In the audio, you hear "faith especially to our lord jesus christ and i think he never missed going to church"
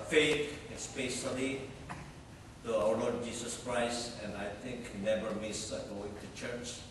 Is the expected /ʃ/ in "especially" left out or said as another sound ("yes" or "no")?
yes